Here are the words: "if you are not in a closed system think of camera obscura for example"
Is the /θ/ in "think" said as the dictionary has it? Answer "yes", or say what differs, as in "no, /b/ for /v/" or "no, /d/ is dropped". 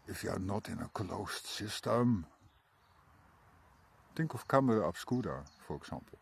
no, /t/ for /θ/